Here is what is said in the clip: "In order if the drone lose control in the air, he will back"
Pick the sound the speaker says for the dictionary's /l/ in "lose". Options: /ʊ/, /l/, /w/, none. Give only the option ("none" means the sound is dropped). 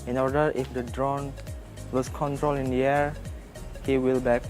/w/